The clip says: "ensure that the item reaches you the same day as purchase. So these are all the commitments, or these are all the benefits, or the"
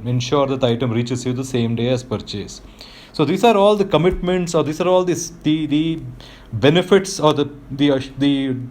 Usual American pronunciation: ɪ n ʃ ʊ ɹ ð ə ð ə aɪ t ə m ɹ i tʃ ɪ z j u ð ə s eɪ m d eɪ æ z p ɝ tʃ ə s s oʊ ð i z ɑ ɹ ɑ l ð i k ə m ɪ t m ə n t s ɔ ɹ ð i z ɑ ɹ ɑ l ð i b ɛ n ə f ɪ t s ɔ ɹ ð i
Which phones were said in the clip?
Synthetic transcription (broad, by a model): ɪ n ʃ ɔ ɹ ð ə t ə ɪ t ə m ɹ i tʃ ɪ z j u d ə s eɪ m d eɪ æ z p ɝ tʃ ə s s oʊ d i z ɑ ɹ ɑ l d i k ə m ɪ t m ə n t s ɔ ɹ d i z ɑ ɹ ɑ l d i b ɛ n ə f ɪ t s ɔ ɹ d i